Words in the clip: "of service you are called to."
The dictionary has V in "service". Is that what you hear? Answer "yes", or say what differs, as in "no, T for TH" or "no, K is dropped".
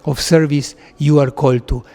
yes